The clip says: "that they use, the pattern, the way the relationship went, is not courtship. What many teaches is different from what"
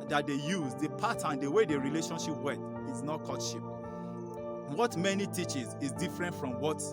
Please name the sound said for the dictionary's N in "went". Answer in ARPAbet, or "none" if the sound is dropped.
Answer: none